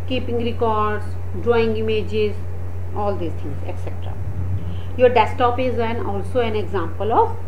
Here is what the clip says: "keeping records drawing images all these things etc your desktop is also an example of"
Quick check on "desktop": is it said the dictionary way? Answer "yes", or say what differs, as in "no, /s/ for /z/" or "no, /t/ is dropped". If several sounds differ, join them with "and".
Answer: no, /k/ is dropped